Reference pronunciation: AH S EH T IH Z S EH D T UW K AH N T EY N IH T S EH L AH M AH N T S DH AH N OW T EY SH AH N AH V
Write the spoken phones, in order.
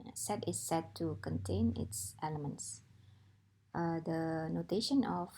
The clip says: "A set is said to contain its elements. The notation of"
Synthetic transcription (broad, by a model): S EH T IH S EH D T UW K AH N T EY N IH T S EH L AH M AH N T S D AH N OW T EY SH AH N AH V